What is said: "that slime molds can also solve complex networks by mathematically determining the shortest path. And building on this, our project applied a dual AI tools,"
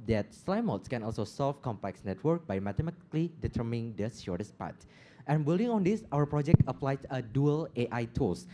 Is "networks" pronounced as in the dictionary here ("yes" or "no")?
no